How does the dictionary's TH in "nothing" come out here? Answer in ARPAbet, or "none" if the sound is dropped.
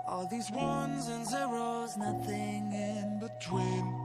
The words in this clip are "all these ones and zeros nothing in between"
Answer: TH